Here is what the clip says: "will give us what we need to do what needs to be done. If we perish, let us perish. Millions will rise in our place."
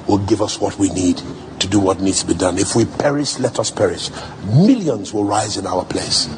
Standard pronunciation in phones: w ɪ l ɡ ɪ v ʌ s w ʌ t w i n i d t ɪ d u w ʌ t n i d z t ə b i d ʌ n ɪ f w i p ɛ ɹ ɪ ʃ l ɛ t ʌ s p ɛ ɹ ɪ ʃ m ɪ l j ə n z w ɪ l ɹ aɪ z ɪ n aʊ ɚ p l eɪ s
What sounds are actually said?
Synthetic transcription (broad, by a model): w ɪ l ɡ ɪ v ʌ s w ʌ t w i n i d t ɪ d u w ʌ t n i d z t ə b i d ʌ n ɪ f w i p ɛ ɹ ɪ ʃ l ɛ t ʌ s p ɛ ɹ ɪ ʃ m ɪ l j ə n z w ɪ l ɹ aɪ z ɪ n aʊ ɚ p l eɪ s